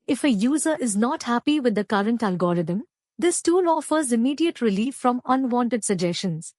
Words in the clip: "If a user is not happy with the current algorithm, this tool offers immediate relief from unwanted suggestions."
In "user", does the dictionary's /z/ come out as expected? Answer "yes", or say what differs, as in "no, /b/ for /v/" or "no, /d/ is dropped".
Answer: yes